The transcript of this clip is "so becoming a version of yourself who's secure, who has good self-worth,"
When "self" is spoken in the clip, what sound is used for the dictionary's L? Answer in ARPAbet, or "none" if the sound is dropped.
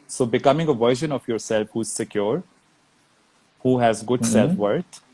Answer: L